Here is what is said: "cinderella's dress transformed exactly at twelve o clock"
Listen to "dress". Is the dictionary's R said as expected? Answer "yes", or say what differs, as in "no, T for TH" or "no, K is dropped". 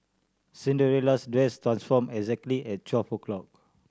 no, W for R